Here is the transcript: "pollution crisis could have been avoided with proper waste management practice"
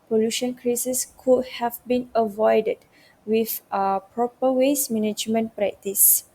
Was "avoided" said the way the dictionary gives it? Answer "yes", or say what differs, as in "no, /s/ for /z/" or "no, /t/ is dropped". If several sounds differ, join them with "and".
yes